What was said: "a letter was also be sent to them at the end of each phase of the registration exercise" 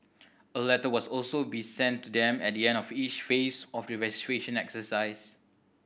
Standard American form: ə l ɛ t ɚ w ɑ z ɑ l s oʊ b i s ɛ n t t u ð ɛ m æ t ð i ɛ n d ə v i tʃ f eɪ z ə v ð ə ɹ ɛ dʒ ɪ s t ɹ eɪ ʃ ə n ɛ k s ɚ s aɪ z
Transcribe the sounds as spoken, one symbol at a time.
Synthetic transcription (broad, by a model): ə l ɛ t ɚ w ɑ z ɑ l s oʊ b i s ɛ n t t u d ɛ m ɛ t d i ɛ n d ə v i tʃ f eɪ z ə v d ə ɹ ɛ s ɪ t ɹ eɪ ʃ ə n ɛ k s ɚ s aɪ s